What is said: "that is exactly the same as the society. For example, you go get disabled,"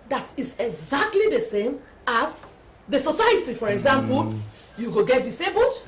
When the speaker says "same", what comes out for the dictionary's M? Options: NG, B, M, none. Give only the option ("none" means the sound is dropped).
M